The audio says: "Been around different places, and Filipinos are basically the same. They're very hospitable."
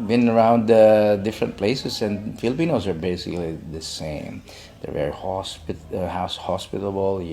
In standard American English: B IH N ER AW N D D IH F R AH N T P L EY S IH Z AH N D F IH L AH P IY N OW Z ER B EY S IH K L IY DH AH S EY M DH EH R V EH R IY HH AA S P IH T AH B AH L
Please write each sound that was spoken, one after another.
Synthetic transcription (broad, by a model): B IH N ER AW N D D IH F R AH N T P L EY S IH S AH N D F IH L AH P IY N OW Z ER B EY S IH K L IY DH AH S EY M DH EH R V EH R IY HH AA S P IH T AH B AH L